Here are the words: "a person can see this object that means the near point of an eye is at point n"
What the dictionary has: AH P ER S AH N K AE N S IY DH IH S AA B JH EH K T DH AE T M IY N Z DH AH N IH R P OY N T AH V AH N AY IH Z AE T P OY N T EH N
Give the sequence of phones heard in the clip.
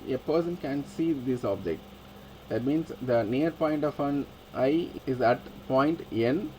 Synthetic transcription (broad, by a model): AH P ER S AH N K AE N S IY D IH S AA B JH EH K T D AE T M IY N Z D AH N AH R P OY N T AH F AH N AY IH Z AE T P OY N T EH N